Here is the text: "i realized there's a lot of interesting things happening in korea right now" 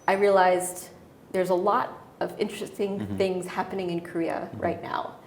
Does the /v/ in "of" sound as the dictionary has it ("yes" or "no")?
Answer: yes